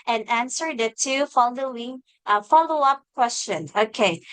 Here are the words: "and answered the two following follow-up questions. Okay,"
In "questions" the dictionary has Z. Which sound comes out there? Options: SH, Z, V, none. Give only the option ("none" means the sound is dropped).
none